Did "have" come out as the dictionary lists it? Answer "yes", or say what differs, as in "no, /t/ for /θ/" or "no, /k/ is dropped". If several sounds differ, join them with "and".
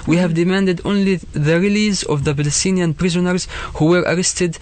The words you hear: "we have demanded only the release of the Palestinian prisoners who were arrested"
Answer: yes